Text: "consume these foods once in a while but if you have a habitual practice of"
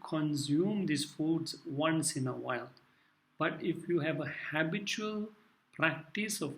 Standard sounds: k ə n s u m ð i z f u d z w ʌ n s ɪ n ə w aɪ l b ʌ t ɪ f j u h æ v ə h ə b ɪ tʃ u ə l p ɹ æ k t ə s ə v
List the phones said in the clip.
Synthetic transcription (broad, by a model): k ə n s u m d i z f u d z w ʌ n s ɪ n ə w aɪ l b ʌ t ɪ f j u h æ v ə h ə b ɪ tʃ u ə l p ɹ æ k t ə s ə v